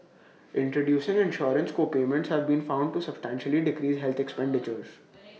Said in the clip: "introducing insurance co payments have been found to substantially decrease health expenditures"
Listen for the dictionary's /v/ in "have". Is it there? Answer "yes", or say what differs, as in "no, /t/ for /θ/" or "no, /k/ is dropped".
yes